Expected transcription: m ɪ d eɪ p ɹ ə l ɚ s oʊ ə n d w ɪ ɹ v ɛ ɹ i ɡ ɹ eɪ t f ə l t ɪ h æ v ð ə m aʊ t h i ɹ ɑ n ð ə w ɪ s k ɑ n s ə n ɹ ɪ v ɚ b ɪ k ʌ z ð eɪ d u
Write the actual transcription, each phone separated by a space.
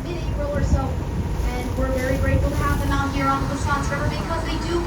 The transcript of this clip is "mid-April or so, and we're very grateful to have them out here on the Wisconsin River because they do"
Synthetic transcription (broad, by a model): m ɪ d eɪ ɹ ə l ɚ s oʊ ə n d w ɪ ɹ v ɛ ɹ i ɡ ɹ eɪ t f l t ɪ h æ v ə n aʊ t h i ɹ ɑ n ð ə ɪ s ɑ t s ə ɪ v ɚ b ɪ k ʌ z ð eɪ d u